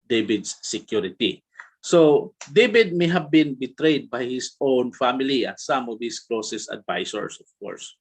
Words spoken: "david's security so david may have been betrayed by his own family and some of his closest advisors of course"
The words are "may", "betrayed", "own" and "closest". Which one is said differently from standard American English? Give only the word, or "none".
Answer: closest